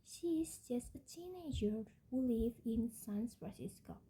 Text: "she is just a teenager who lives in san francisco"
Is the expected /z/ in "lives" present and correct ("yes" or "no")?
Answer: no